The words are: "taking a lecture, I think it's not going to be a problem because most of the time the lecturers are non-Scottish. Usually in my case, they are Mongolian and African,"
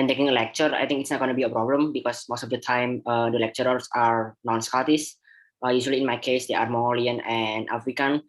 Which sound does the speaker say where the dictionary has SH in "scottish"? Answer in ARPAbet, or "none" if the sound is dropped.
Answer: S